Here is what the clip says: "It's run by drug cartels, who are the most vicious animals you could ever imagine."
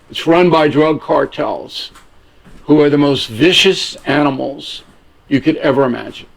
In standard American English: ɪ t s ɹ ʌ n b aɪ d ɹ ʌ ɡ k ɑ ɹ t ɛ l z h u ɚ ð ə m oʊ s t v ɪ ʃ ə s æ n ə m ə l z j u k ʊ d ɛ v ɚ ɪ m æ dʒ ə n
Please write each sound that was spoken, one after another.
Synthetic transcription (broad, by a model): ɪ t s ɹ ʌ n b aɪ d ɹ ʌ ɡ k ɑ ɹ t ɛ l z h u ɚ ð ə m oʊ s t v ɪ ʃ ə s æ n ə m l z j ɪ k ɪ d ɛ v ɚ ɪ m æ dʒ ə n